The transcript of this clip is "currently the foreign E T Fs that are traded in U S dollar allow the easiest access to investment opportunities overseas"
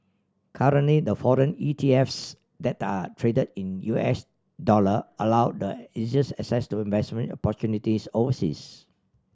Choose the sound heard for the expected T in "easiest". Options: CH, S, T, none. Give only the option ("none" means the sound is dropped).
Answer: none